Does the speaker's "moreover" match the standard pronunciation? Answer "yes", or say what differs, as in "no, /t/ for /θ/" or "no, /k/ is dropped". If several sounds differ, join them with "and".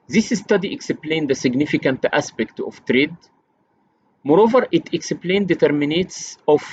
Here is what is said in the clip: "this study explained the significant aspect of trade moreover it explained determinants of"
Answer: yes